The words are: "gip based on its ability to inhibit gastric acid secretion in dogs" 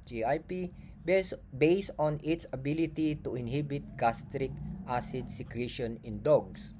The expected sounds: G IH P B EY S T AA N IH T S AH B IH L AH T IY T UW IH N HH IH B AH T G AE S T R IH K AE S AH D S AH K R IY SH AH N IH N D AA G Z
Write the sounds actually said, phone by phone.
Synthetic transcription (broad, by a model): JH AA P B EY S AA N IH T S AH B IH L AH T IY T UW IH N HH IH B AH T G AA S T R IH K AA S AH D S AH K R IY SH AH N IH N D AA G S